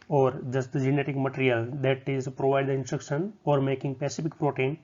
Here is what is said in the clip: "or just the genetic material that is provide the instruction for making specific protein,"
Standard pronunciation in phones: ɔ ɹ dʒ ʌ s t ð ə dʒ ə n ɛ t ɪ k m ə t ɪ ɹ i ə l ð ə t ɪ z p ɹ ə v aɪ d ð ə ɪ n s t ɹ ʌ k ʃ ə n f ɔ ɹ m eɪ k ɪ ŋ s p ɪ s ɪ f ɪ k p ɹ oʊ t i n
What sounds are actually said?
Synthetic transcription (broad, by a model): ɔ ɹ dʒ ʌ s t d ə dʒ ə n ɛ t ɪ k m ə t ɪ ɹ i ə l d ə t ɪ z p ɹ ə v aɪ d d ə ɪ n s t ɹ ʌ k ʃ ə n f ɔ ɹ m eɪ k ɪ ŋ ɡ p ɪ s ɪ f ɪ k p ɹ oʊ t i n